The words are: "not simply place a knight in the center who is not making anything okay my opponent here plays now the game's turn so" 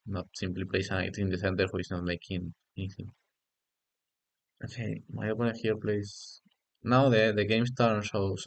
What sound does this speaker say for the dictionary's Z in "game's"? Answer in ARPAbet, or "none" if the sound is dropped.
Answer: S